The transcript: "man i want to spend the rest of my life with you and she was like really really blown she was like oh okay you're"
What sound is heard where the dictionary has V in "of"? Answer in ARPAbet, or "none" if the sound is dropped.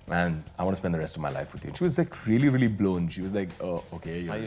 V